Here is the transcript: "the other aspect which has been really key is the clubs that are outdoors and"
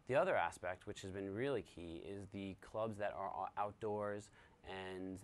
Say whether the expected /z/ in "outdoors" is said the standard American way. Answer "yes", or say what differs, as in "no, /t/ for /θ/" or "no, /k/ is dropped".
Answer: yes